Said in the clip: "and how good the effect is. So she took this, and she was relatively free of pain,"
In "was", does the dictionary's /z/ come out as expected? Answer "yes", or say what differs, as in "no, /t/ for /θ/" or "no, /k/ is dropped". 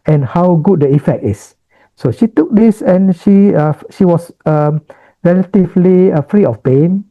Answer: no, /s/ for /z/